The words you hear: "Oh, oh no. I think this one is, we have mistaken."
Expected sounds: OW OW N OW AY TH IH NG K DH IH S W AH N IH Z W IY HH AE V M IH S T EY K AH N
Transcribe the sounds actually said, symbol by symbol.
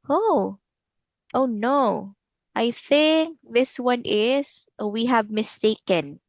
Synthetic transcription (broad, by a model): OW OW N OW AY TH IH NG K DH IH S W AH N IH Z W IY HH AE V M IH S T EY K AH N